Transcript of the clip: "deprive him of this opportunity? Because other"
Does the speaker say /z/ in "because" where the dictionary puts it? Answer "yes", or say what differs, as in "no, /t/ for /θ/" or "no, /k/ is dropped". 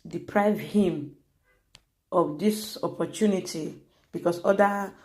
no, /s/ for /z/